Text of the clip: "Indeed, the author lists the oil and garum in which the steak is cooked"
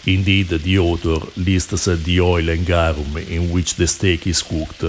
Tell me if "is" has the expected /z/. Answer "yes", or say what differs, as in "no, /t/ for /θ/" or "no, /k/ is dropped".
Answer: no, /s/ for /z/